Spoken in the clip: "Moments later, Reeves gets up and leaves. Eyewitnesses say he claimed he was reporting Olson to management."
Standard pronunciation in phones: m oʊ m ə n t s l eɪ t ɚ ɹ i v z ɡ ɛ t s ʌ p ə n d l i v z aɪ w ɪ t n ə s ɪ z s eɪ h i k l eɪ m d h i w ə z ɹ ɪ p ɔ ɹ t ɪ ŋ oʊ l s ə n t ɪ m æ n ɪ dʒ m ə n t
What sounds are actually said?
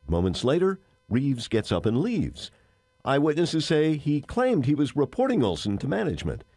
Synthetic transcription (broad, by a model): m oʊ m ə n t s l eɪ t ɚ ɹ i v z ɡ ɛ t s ʌ p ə n l i v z aɪ w ɪ t n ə s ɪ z s eɪ i k l eɪ m d h i w ə z ɹ ɪ p ɔ ɹ t ɪ ŋ oʊ l s ə n t ɪ m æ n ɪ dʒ m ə n t